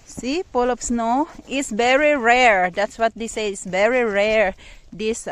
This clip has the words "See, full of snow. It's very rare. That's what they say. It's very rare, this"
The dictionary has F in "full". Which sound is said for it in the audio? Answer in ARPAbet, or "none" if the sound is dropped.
P